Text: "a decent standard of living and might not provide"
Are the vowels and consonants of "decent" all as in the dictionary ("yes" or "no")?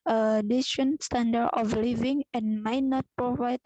no